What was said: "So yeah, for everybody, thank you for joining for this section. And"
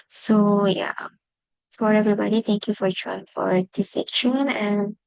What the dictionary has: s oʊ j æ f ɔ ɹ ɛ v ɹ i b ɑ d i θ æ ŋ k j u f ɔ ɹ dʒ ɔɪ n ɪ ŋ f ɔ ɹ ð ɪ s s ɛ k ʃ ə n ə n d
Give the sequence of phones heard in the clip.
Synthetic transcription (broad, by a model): s oʊ j æ f ɔ ɹ ɛ v ɹ i b ɑ d i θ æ ŋ k j u f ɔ ɹ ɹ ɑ ɪ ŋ f ɔ ɹ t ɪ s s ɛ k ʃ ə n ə n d